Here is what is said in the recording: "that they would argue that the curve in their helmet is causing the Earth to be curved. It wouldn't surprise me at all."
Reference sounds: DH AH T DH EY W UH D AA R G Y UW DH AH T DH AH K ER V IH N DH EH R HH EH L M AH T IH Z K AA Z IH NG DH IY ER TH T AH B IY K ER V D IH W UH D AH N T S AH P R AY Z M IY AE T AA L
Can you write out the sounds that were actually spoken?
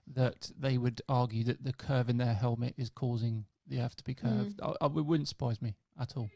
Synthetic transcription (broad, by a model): DH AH T DH EY W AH D AA R G Y UW DH AH T DH AH K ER V IH N DH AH R HH EH L M AH T IH Z K AA Z IH NG DH IY ER TH T AH B IY K ER V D IH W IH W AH N T S AH P R AY Z M IY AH T AA L